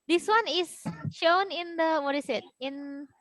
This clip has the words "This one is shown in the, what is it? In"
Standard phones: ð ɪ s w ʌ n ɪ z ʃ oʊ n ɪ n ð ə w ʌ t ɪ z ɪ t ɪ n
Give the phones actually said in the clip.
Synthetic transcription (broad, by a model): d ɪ s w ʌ n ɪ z ʃ oʊ n ɪ n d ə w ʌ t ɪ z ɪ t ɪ n